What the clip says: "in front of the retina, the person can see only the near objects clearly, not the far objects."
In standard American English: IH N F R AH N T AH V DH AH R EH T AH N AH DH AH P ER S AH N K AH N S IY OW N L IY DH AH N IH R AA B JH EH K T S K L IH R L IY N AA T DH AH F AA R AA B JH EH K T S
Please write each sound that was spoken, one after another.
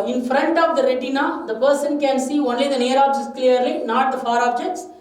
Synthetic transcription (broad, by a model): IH N F R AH N T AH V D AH R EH T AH N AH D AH P ER S AH N K AH N S IY OW N L IY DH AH N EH R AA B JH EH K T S K L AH R L IY N AA T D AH F AA R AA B JH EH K T S